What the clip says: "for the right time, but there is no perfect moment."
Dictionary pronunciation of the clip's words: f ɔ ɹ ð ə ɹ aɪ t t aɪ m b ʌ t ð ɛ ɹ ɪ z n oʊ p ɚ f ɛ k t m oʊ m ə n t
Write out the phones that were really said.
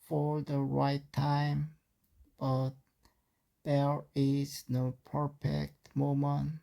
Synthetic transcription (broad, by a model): f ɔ ɹ ð ə ɹ aɪ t t aɪ m b ʌ t ð ɛ ɹ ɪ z n oʊ p ɚ f ɛ k t m oʊ m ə n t